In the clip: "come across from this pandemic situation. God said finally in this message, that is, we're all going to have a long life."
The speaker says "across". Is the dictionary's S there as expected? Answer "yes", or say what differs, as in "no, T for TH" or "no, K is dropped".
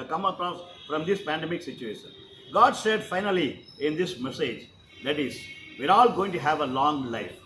no, S is dropped